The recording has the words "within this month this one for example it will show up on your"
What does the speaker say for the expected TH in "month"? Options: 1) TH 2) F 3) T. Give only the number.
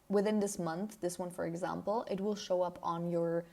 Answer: 1